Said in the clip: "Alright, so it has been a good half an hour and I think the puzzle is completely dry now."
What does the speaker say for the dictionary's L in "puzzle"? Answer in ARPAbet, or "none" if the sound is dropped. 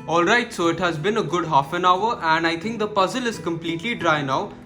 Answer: L